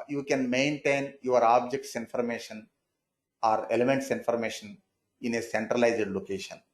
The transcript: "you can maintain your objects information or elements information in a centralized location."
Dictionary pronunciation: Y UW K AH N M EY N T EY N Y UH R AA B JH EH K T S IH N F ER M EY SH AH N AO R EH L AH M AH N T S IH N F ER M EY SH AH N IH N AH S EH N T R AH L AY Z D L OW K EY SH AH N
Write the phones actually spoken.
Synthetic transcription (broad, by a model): Y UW K AH N M EY N T EY N Y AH R AA B JH EH K T S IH N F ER M EY SH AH N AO R EH L AH M AH N T S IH N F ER M EY SH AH N IH N AH S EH N T R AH L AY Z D L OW K EY SH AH N